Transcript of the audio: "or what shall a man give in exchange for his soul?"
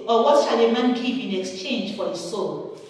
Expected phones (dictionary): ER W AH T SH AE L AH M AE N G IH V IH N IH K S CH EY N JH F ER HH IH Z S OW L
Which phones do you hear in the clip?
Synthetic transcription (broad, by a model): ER W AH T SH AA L AH M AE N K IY P IH N IH K S CH EY N JH F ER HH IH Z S OW L